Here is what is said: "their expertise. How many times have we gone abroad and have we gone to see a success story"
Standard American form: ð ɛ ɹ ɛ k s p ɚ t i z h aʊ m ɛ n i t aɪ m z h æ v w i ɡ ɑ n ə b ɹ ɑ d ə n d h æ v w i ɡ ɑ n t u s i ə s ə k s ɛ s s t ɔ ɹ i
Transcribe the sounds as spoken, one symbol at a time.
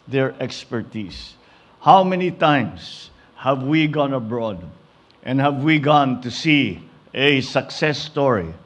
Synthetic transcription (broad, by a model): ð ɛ ɹ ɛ k s p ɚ t i s h aʊ m ɛ n i t aɪ m s h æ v w i ɡ ɑ n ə b ɹ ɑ d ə n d h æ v w i ɡ ɑ n t u s i ə s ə k s ɛ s s t ɔ ɹ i